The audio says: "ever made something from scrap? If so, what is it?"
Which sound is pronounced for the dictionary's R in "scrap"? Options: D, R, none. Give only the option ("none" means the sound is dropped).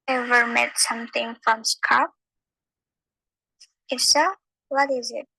none